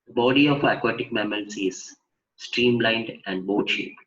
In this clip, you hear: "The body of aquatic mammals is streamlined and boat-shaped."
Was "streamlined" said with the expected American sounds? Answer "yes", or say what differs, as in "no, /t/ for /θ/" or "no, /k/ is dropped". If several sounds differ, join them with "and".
yes